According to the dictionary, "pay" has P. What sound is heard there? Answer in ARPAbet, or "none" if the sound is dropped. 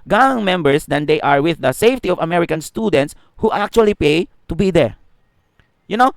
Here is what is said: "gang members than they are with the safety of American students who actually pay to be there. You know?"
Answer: P